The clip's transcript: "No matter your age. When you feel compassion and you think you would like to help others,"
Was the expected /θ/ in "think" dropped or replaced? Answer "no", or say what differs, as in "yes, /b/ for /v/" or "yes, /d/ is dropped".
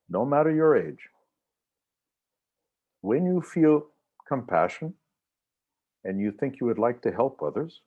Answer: no